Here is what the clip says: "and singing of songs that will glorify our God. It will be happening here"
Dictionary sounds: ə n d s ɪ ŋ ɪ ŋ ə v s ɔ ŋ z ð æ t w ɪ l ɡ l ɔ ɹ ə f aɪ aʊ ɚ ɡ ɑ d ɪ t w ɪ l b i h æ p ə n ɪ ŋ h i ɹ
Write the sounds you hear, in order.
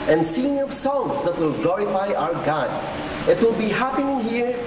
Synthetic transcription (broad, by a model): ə n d s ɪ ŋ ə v s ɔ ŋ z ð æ t w ɪ l ɡ l ɔ ɹ ə f aɪ aʊ ɚ ɡ ɑ d ɪ t w ɪ l b i h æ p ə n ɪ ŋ h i ɹ